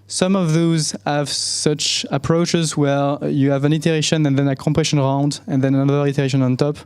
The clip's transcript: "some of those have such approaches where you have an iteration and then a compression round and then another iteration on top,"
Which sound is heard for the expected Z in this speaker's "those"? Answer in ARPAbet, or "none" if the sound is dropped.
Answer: Z